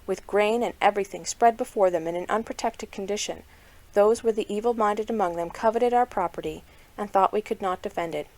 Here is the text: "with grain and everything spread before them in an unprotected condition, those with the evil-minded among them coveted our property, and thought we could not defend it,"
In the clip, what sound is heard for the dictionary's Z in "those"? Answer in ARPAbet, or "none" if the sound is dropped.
Z